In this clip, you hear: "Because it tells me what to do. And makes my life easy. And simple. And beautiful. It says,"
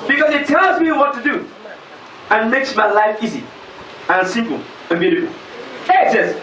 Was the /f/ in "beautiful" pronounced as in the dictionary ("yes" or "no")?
no